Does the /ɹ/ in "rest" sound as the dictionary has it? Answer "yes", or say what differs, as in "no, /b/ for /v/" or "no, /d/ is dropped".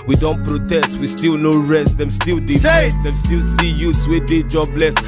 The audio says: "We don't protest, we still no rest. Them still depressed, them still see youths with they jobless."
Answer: yes